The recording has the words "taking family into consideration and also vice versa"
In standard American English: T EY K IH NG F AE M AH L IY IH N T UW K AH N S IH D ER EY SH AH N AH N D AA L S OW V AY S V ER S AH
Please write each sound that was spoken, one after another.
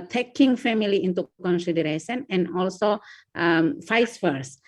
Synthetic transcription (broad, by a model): T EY K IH NG F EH M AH L IY IH N T UW K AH N S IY D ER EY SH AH N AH N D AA L S OW F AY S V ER S